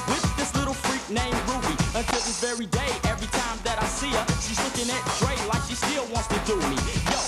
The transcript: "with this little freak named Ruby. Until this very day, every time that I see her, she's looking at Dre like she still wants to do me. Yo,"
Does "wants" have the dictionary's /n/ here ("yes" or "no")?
yes